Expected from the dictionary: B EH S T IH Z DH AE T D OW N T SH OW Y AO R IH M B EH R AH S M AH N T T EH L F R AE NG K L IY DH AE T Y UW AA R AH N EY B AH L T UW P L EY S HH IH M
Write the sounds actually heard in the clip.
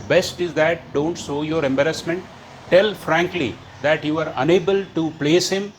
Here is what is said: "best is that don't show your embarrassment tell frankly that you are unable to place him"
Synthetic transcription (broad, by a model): B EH S T IH Z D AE T D OW N T S OW Y AO R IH M B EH R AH S M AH N T T EH L F R AE NG K L IY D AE T Y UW AA R AH N EY B AH L T UW P L EY S HH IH M